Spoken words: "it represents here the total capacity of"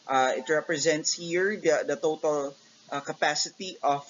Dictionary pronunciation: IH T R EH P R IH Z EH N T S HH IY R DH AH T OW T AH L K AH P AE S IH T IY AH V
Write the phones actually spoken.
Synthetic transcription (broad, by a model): IH T R EH P R IH Z EH N T S HH IY R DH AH T OW T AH L K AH P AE S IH T IY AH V